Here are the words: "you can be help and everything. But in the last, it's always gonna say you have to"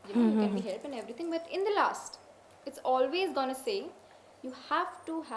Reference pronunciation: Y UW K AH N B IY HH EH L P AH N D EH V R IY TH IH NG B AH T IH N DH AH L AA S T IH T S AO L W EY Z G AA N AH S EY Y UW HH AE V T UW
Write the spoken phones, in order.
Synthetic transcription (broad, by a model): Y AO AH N B IY HH EH L P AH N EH V R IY T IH NG B AH T IH N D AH L AA S T IH T S AO L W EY Z G AA N AH S EY Y UW HH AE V T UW